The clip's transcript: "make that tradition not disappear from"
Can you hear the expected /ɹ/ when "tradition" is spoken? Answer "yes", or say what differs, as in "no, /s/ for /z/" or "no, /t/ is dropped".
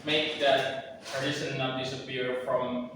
no, /ɹ/ is dropped